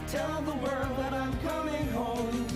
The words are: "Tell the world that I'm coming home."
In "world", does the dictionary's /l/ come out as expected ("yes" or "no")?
no